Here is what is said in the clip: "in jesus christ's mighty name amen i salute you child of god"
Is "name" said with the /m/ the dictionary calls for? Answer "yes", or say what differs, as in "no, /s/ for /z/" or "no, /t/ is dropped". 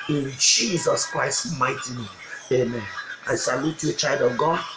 no, /m/ is dropped